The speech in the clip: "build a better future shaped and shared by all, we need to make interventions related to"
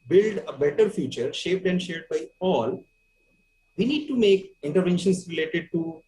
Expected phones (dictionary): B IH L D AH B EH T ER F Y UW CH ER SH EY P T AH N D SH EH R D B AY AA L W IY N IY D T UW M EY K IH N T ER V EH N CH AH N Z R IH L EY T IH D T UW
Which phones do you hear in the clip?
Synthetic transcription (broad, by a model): B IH L D AH B EH T ER F Y UW CH ER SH EY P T AH N D SH EH R D B AY AA L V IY N IY D T UW M EY K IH N T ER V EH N SH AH N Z R IH L EY T IH D T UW